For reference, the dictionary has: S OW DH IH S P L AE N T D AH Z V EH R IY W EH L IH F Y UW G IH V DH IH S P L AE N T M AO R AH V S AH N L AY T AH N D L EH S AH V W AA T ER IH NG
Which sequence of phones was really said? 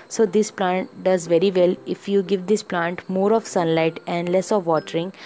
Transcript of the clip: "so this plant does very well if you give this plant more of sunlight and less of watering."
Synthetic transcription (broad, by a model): S OW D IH S P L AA N T D AH Z V EH R IY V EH L IH F Y UW G IH V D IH S P L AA N T M AO R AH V S AH N L AY T AH N D L EH S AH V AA T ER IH NG